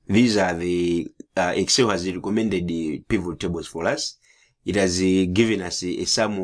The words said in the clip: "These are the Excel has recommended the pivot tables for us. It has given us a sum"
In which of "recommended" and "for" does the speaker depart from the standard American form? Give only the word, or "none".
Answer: none